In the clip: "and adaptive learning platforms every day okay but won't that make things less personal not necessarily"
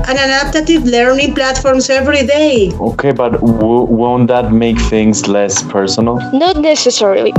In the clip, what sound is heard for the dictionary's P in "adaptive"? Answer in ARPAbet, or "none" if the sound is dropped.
none